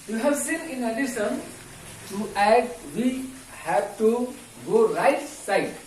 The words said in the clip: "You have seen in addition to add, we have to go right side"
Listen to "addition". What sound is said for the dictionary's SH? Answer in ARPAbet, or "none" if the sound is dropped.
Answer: S